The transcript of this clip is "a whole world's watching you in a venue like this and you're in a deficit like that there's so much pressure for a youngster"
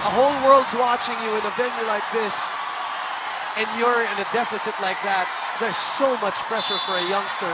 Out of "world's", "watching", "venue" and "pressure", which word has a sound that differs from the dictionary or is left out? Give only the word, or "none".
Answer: none